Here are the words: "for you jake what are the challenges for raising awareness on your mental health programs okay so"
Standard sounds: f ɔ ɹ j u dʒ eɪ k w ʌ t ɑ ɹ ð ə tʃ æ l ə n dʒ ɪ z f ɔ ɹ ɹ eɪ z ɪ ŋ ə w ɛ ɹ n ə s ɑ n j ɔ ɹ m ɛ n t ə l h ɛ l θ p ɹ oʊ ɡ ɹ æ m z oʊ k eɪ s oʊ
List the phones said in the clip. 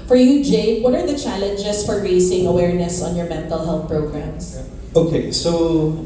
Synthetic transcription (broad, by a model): f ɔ ɹ j u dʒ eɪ w ʌ t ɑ ɹ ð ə tʃ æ l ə n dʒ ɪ s f ɔ ɹ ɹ eɪ s ɪ ŋ ə w ɛ ɹ n ə s ɑ n j ɔ ɹ m ɛ n t ə l h ɛ l θ p ɹ oʊ ɡ ɹ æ m s oʊ k eɪ s oʊ